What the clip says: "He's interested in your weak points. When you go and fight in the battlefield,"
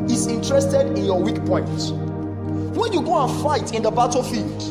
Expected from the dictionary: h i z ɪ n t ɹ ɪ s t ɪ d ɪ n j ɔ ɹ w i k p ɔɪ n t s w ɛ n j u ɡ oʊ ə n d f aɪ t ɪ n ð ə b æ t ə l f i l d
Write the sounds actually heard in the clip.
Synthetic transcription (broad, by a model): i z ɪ n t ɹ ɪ s t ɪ d ɪ n j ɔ w i k p ɔɪ n t w ɛ n j u ɡ oʊ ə n f aɪ t ɪ n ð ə b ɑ t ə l f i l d